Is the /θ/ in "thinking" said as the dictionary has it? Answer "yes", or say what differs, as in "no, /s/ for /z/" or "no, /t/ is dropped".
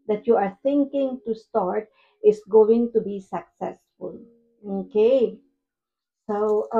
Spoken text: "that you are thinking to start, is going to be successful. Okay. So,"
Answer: no, /t/ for /θ/